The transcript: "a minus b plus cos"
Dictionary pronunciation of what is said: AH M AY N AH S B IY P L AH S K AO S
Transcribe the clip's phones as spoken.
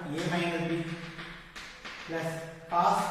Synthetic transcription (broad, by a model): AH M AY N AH B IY P L AH S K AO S